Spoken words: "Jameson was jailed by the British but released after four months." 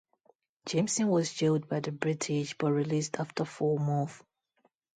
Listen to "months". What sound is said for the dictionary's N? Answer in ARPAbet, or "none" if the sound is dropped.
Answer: none